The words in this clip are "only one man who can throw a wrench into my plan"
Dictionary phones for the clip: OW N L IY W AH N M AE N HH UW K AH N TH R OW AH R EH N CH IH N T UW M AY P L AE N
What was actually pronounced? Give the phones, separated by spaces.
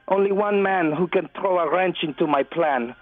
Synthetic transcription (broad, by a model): OW N L IY W AH N M AE N HH UW K AH N TH R OW AH R EH N CH IH N T UW M AY P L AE N